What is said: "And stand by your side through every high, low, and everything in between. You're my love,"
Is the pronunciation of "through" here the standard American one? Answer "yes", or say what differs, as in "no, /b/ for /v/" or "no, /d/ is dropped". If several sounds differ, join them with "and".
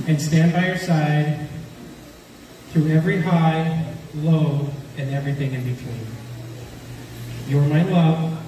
yes